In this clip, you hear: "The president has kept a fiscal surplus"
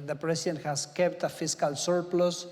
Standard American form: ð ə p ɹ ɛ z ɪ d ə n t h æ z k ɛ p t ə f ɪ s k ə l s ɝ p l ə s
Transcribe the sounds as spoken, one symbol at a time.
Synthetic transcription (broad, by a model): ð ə p ɹ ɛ s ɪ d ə n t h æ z k ɛ p t ə f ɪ s k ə l s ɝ p l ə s